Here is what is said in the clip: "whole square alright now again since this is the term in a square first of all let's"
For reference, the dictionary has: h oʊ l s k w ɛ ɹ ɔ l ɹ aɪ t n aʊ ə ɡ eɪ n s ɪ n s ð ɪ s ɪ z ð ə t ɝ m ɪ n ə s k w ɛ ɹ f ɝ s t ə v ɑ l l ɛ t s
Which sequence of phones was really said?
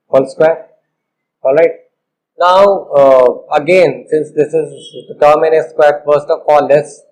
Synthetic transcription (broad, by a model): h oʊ l s k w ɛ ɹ ɔ l ɹ aɪ t n aʊ ə ɡ eɪ n s ɪ n s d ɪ s ɪ z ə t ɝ m ɪ n ə s k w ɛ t f ɝ s t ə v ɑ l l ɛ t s